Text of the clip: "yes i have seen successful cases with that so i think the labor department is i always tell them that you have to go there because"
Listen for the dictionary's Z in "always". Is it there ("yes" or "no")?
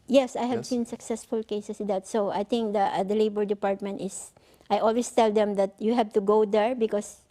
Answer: no